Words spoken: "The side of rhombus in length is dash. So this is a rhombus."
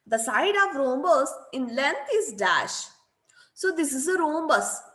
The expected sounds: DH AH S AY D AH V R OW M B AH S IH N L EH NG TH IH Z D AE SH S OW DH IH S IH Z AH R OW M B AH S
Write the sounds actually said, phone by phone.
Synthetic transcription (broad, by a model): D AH S AY D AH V R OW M B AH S IH N L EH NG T IH Z D AE SH S OW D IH S IH Z AH R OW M B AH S